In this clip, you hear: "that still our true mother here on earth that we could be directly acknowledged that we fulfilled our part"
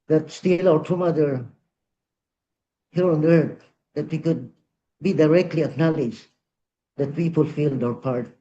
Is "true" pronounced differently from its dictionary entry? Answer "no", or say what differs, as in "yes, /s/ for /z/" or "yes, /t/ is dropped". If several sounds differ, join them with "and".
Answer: yes, /ɹ/ is dropped